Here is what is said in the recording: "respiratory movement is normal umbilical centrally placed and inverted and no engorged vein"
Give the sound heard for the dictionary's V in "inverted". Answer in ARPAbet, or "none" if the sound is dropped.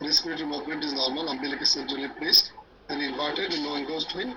P